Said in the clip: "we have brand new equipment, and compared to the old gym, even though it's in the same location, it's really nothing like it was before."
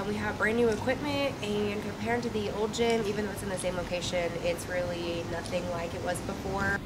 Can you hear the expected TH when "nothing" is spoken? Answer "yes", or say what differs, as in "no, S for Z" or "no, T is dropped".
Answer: yes